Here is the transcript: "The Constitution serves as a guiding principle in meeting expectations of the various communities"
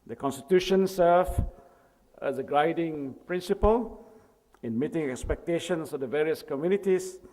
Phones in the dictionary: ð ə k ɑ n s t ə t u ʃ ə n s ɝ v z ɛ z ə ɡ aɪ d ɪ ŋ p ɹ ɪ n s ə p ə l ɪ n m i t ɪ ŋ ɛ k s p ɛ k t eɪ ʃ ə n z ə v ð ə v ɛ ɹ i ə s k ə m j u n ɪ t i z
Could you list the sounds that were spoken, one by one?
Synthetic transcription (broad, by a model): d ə k ɑ n s t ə t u ʃ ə n s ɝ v ɛ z ə ɡ aɪ d ɪ ŋ p ɹ ɪ n s ə p ə l ɪ n m i t ɪ ŋ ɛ k s p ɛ k t eɪ ʃ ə n s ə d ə v ɛ ɹ i ə s k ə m j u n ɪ t i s